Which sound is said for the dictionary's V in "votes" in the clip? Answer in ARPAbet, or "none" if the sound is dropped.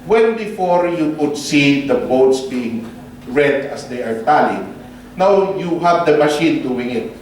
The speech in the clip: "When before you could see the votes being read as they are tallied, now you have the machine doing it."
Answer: B